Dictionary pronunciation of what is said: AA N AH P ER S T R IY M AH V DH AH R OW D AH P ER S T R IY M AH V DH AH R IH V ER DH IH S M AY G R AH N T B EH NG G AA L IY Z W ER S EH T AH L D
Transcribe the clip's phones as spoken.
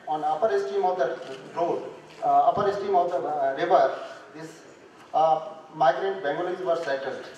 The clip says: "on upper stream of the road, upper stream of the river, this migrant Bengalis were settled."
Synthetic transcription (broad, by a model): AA N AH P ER S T IY M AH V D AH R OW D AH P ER S T IY M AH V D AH R IH V ER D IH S M AY G R AH N T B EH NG G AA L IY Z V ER S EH T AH L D